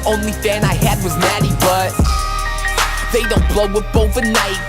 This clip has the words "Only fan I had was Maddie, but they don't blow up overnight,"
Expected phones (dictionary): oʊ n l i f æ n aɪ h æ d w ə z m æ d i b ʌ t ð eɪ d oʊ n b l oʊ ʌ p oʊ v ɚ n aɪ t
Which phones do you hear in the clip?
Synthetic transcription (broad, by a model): oʊ n l i f æ n aɪ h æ d w ə z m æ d i b ʌ t ð eɪ d oʊ n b l oʊ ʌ b oʊ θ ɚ n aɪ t